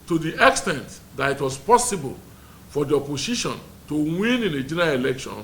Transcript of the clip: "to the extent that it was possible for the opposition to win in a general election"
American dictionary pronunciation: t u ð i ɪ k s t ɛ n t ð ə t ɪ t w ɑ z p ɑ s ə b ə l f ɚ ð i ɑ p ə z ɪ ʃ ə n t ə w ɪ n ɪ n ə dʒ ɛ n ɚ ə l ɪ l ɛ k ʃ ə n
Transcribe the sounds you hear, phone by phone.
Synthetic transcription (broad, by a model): t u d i ɪ k s t ɛ n t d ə t ɪ t w ɑ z p ɑ s ə b ə l f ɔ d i ɑ p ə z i ʃ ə n t ə w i n ɪ n ə dʒ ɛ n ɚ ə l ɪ l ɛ k ʃ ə n